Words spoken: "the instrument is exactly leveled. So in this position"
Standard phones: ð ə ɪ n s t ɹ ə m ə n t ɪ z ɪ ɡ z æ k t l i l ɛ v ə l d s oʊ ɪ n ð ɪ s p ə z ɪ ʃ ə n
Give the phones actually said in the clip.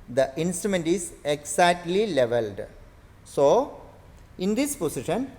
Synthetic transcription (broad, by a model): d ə ɪ n s t ɹ ə m ə n t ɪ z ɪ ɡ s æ t l i l ɛ v ə l d s oʊ ɪ n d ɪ s p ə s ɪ ʃ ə n